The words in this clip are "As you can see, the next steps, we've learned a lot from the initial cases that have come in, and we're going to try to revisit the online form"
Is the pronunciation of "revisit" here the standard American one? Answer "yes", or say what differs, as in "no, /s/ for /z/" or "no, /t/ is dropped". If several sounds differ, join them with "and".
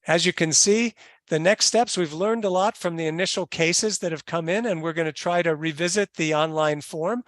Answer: yes